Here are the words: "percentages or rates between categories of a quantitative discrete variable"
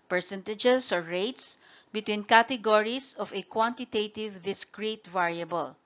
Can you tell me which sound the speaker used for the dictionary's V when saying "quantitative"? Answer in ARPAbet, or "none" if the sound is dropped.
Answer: V